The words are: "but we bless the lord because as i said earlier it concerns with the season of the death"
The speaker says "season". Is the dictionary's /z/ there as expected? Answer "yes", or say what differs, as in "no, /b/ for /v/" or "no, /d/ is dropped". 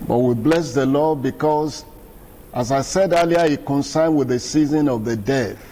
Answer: yes